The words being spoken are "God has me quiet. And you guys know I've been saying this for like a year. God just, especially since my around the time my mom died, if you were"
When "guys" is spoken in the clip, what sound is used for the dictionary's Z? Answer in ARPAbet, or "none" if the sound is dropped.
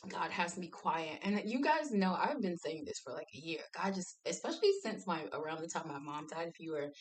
Z